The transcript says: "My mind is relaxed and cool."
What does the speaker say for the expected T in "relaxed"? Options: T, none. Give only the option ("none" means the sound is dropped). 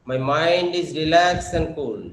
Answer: none